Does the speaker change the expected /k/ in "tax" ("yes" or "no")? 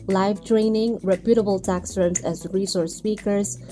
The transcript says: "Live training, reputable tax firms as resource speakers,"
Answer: no